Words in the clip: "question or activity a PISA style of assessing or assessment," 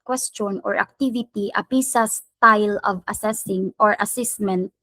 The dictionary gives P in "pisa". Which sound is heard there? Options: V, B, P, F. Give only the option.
P